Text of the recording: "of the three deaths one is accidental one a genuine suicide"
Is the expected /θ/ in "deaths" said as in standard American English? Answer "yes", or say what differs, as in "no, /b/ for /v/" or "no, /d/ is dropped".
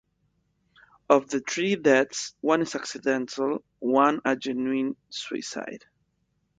no, /t/ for /θ/